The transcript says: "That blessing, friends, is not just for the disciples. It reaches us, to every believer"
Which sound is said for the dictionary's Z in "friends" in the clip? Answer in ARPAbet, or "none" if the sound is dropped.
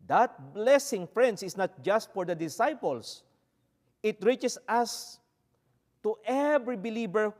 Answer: S